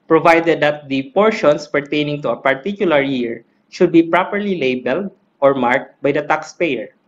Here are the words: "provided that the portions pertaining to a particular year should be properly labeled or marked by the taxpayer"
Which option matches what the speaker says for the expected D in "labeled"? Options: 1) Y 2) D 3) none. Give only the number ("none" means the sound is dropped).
2